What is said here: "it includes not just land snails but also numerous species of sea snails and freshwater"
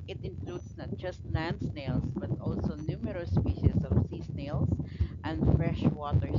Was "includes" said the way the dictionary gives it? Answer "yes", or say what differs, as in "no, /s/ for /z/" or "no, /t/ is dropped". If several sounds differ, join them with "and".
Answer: no, /s/ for /z/